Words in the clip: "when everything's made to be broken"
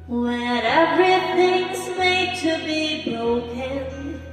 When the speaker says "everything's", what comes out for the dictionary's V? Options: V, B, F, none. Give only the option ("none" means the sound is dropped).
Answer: none